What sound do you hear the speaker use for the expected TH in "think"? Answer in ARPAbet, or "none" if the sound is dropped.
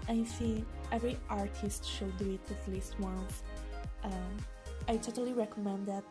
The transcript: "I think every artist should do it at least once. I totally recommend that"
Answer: S